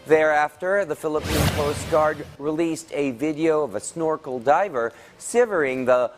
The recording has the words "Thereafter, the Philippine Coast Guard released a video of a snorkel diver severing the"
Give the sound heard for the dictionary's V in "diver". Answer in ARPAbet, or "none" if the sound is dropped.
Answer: V